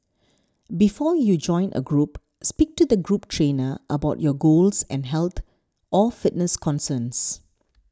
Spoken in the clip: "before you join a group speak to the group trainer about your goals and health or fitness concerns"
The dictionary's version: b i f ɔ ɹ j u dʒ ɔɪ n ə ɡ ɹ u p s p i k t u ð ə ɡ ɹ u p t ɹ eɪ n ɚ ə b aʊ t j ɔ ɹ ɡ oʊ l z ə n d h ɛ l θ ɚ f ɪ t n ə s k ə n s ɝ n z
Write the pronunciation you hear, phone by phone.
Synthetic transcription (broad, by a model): b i f ɔ j u dʒ ɔɪ n ə ɡ ɹ u p s p i k t u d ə ɡ ɹ u p t ɹ eɪ n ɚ ə b aʊ t j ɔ ɡ oʊ l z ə n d h ɛ l t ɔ f ɪ t n ə s k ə n s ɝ n s